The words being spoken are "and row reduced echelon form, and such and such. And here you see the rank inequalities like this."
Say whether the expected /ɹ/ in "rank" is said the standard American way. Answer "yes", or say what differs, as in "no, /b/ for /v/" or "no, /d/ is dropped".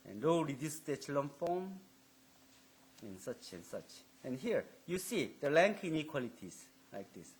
no, /l/ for /ɹ/